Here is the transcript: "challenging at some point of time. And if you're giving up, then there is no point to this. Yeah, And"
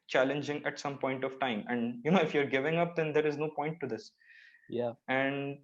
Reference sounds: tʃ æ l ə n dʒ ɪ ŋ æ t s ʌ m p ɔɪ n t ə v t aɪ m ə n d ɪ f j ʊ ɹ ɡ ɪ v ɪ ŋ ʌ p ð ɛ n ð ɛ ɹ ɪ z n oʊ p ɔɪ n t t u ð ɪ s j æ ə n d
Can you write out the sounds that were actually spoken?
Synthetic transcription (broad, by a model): tʃ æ l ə n dʒ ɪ ŋ æ t s ʌ m p ɔɪ n t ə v t aɪ m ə n d ɪ f j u ɹ ɡ ɪ v ɪ ŋ ʌ p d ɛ n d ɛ ɹ ɪ z n oʊ p ɔɪ n t t u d ɪ s j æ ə n d